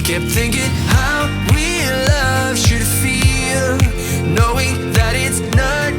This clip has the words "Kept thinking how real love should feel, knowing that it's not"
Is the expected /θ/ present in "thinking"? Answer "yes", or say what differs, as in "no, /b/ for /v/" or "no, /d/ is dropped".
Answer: yes